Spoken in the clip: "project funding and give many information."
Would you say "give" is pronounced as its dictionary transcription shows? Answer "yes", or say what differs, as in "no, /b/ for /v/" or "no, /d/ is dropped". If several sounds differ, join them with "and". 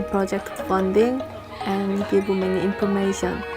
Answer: no, /b/ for /v/